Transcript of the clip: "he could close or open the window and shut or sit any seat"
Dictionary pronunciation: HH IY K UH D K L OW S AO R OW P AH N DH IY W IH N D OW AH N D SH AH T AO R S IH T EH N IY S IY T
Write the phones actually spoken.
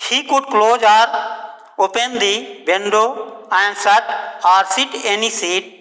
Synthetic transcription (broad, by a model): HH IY K UH D K L OW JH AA R OW P AH N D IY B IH N D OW AH N D S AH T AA R S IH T EH N IY S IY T